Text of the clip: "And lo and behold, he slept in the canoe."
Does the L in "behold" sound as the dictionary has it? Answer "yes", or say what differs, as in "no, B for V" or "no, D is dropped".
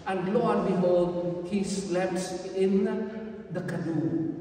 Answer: no, L is dropped